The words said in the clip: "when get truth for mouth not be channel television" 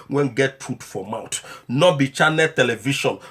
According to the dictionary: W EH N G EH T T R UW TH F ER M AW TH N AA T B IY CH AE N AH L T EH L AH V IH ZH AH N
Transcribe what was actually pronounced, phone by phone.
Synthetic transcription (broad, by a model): W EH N G EH T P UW T F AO M AW T N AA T B IY CH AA N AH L T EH L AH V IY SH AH N